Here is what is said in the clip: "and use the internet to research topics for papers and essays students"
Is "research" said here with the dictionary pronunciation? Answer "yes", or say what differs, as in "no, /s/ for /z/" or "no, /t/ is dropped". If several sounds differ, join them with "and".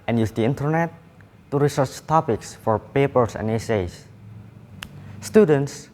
yes